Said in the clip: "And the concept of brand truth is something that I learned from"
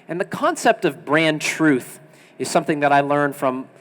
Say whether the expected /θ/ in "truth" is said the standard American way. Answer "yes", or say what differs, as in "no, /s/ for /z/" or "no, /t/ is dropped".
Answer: yes